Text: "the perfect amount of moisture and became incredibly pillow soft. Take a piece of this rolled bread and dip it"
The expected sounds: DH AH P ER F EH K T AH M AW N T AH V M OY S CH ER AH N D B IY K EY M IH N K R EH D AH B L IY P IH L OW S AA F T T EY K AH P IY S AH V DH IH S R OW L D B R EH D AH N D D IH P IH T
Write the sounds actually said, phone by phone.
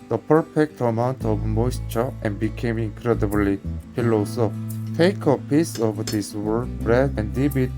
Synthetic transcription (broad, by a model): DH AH P ER F EH K T AH M AW N T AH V M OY S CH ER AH N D B IY K EY M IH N K R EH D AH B L IY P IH L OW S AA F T T EY K AH P IY S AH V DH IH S W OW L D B R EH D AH N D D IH B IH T